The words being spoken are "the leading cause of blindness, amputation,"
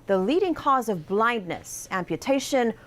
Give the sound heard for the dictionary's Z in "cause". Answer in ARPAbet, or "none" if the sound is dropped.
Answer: Z